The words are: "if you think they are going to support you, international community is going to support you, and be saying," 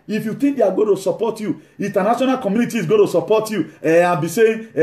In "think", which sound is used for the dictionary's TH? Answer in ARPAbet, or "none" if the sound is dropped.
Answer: T